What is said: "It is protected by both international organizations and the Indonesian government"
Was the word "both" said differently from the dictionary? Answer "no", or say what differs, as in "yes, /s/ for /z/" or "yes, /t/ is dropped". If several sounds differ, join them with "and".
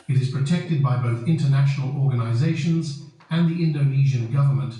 no